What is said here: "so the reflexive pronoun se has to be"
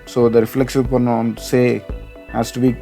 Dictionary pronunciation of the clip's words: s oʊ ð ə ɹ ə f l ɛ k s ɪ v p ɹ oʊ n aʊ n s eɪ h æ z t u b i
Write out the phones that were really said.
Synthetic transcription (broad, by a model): s oʊ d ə ɹ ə f l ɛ k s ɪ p oʊ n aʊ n s eɪ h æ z t u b i